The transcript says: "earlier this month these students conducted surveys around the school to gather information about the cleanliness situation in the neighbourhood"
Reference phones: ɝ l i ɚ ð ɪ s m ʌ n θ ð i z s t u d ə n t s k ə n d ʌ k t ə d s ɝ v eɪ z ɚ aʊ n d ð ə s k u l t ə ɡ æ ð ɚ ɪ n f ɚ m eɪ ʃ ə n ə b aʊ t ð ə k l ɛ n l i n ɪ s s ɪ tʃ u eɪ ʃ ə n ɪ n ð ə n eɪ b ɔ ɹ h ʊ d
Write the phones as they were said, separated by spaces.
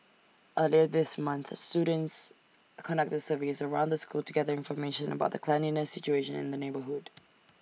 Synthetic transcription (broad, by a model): ɝ l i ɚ ð ɪ s m ʌ n θ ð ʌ s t u d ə n t s k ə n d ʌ k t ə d s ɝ v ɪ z ɚ aʊ n d ð ə s k u l t ə ɡ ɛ ð ɚ ɪ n f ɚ m eɪ ʃ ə n ə b aʊ t ð ə k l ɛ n i n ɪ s s ɪ tʃ u eɪ ʃ ə n ɪ n ð ə n eɪ b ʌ ɹ h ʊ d